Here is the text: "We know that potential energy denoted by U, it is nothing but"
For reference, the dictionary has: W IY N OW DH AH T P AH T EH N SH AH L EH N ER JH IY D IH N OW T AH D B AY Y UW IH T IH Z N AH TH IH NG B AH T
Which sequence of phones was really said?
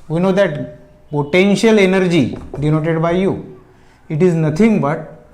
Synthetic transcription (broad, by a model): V IY N OW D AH T P AH T EH N SH AH L EH N ER JH IY D IH N OW T AH D B AY Y UW IH T IH Z N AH T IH NG B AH T